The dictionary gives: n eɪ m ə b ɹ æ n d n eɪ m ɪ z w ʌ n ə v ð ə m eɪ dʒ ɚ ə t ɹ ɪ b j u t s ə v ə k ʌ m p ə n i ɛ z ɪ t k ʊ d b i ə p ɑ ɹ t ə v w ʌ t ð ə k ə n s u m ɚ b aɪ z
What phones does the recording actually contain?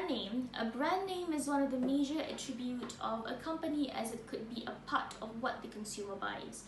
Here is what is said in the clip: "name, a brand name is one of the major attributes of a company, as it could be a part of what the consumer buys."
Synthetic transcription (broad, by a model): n eɪ m ə b ɹ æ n n eɪ m ɪ z w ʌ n ə v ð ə m eɪ dʒ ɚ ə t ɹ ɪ b j u t ə v ə k ʌ m p ə n i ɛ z ɪ t k ʊ d b i ə p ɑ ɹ t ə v w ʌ t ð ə k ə n s u m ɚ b aɪ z